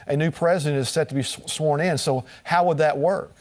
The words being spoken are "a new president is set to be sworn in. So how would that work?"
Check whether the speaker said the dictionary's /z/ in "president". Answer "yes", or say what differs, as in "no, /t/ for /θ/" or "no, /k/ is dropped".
yes